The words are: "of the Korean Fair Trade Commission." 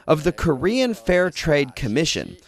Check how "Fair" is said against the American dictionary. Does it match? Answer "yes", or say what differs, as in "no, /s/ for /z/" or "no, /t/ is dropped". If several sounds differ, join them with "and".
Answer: yes